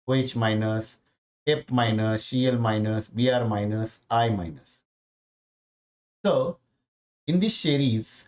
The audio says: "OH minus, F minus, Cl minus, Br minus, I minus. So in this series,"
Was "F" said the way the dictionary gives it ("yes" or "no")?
no